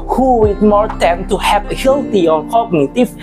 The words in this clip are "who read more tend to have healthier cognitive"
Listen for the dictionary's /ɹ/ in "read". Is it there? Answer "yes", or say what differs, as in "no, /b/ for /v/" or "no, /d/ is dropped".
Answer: no, /w/ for /ɹ/